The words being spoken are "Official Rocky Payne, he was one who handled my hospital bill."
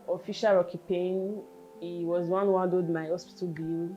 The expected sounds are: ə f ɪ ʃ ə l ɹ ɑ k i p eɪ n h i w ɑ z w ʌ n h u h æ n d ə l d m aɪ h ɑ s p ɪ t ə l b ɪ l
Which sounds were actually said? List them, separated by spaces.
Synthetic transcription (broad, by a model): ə f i ʃ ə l ɹ ɑ k i p eɪ n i w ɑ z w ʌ n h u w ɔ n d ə d m aɪ h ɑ s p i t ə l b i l